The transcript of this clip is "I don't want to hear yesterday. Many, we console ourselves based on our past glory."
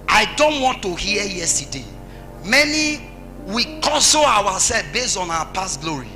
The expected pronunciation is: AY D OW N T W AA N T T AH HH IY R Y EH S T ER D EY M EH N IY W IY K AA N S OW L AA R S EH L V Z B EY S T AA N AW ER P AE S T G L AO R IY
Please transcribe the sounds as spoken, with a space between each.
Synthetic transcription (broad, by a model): AY D OW N T W AA N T T AH HH IY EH Y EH S T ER D EY M EH N IY W IY K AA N S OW W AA S EH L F B EY S T AA N AW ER P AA S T G L AO R IY